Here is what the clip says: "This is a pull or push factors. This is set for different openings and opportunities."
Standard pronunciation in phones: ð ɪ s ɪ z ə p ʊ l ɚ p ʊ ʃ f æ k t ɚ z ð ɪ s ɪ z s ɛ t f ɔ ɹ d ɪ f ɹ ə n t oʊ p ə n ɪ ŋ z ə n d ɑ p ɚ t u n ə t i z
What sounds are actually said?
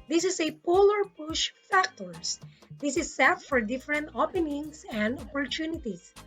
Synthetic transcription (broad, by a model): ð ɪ s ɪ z ə p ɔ l ɚ p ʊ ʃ f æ k t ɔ s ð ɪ s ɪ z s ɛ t f ɔ ɹ d ɪ f ɹ ə n t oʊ p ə n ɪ ŋ s ə n d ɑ p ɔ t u n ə t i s